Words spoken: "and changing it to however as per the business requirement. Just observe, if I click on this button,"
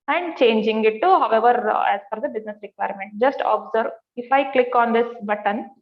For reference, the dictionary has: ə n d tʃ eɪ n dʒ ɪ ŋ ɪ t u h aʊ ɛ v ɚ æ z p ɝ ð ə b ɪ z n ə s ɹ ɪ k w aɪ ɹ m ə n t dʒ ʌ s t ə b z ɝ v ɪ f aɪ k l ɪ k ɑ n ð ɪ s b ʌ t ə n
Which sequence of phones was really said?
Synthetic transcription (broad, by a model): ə n d tʃ eɪ n dʒ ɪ ŋ ɪ t u h aʊ ɛ v ɚ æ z f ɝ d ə b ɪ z n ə s ɹ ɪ k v aɪ ɹ m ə n t dʒ ʌ s t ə b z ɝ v ɪ f aɪ k l ɪ k ɑ n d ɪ s b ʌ t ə n